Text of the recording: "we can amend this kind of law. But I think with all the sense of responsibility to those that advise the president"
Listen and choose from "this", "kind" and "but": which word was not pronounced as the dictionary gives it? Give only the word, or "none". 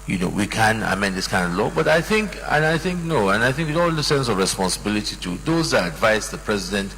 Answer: none